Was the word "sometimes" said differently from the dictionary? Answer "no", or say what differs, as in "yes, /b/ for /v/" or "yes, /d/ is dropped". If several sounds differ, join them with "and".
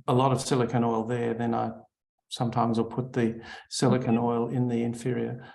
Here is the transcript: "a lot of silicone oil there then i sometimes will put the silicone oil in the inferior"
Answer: no